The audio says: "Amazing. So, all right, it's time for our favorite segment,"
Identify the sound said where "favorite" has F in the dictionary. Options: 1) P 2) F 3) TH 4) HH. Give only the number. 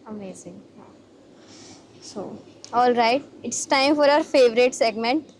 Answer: 2